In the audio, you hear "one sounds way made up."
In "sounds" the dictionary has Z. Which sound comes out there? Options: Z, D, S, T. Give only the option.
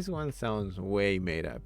Z